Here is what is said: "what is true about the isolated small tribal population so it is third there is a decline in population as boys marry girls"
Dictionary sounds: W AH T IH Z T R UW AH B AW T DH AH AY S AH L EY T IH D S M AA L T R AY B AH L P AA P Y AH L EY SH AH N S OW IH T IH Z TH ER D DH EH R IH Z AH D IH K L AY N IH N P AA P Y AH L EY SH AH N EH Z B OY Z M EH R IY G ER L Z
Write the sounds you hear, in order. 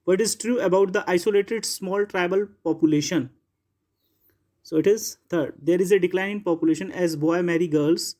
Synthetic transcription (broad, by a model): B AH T IH Z T R UW AH B AW T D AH AY S AH L EY T IH D S M AA L T R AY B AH L P AA P Y AH L EY SH AH N S OW IH T IH Z T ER D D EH R IH Z AH D IH K L AY N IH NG P AA P Y AH L EY SH AH N EH Z B OY M EH R IY G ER L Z